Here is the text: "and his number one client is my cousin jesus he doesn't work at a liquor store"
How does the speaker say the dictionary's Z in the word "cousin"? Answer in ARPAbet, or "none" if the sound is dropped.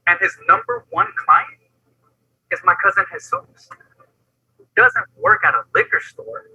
Z